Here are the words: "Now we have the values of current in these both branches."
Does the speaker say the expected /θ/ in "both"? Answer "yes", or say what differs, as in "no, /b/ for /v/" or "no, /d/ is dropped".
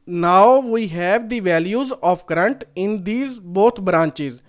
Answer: no, /t/ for /θ/